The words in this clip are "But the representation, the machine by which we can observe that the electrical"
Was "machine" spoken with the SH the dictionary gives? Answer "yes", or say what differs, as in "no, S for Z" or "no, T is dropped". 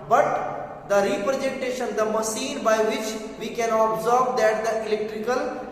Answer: no, S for SH